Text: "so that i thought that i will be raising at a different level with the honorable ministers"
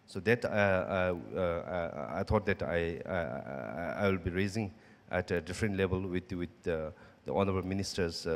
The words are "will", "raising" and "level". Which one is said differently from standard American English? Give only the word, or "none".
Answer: level